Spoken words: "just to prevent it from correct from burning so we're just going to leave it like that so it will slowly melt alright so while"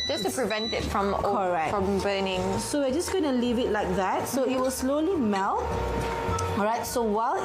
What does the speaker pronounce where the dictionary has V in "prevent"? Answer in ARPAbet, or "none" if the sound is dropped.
V